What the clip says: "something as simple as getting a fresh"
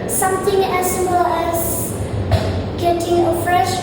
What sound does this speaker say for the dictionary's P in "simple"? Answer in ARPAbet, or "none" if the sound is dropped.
none